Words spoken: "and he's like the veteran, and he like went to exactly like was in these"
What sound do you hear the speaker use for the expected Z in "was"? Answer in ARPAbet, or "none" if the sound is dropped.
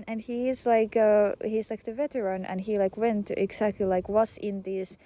S